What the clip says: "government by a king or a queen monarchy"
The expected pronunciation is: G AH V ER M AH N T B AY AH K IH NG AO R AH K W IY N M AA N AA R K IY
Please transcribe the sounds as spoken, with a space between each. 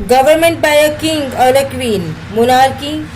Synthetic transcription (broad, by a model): G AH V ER M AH N T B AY AH K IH NG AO L AH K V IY N M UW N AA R K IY